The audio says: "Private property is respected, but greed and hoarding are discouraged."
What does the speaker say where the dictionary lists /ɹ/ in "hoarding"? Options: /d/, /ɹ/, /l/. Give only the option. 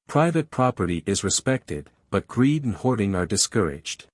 /ɹ/